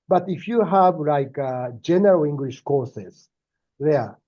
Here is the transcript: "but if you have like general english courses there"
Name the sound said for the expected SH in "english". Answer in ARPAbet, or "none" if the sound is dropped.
SH